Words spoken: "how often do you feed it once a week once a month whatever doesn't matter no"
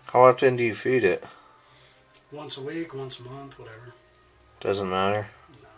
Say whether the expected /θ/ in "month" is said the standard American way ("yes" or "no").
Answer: yes